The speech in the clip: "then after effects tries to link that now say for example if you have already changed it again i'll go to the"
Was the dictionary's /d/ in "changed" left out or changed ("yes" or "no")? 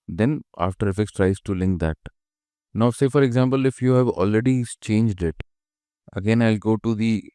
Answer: no